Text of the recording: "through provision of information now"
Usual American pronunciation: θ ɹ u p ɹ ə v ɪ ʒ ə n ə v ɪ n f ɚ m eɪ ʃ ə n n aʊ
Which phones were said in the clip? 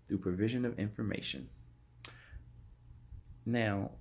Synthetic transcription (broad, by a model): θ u p ɹ ə v ɪ ʒ ə n ə v ɪ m f ɚ m eɪ ʃ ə n n aʊ